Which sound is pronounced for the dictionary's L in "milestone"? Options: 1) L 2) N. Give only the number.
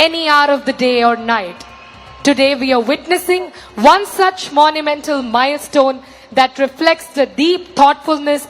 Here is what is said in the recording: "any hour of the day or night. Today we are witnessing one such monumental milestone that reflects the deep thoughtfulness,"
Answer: 1